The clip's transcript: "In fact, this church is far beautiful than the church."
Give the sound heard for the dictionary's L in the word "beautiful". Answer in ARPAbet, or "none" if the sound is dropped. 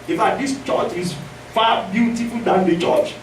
L